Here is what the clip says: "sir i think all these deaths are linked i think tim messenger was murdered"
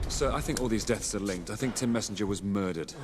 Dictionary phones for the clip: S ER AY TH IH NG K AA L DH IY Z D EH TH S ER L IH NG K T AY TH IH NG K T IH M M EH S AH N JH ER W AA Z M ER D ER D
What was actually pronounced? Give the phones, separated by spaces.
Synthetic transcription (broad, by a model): S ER AY TH IH NG K AA L DH IY Z D EH TH S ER L IH NG K T AY TH IH NG K T IH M M EH S N JH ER W AA Z M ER D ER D